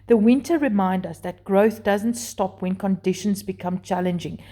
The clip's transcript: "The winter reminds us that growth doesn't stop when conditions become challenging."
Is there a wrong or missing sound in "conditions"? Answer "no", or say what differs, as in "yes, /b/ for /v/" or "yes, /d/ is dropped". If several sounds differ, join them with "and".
no